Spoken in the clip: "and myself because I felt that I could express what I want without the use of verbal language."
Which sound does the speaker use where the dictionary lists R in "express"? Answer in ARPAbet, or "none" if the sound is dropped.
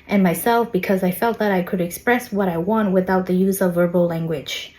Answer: R